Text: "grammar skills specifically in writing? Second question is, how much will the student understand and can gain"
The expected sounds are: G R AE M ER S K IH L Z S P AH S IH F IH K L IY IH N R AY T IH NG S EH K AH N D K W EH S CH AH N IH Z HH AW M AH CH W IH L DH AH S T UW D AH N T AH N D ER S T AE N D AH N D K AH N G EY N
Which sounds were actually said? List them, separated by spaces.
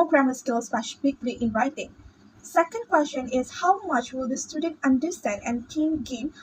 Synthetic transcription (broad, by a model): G R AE M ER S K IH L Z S F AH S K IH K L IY IH N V AY T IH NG S EH K AH N D K W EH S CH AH N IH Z HH AW M AH CH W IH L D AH S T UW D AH N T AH N D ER S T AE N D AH N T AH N G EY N